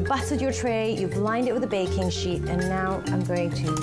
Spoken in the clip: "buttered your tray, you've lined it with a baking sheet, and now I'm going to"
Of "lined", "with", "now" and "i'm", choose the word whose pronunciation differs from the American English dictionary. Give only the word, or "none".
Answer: none